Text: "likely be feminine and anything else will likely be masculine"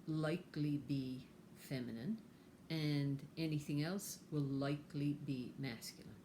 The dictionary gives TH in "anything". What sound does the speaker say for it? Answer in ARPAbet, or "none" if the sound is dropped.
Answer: TH